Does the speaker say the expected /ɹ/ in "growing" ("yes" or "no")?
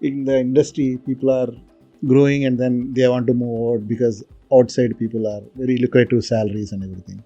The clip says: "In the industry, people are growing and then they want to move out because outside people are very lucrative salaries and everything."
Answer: yes